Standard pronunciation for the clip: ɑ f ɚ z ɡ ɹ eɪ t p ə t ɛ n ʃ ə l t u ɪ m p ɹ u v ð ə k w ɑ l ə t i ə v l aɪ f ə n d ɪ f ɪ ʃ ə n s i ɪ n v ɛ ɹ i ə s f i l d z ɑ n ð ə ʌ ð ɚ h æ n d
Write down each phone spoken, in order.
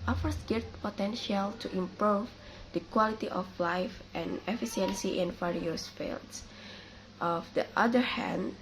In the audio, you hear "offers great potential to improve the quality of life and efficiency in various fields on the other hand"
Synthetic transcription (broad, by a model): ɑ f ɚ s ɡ eɪ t p ə t ɛ n ʃ ə l t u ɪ m p ɹ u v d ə k w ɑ l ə t i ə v l aɪ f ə n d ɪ f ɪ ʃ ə n s i ɪ n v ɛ ɹ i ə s f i l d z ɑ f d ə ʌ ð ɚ h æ n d